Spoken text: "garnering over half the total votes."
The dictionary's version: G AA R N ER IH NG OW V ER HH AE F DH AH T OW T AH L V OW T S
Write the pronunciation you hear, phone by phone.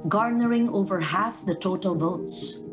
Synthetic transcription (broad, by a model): G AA R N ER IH NG OW V ER HH AE F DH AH T OW T AH L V OW T S